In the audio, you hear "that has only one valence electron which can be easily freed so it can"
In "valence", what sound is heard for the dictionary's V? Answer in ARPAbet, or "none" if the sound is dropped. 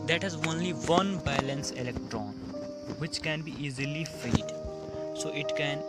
B